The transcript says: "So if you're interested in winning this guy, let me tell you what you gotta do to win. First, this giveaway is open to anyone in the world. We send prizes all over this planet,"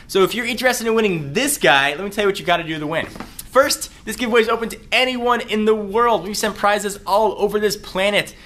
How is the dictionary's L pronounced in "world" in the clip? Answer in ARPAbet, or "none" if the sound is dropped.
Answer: L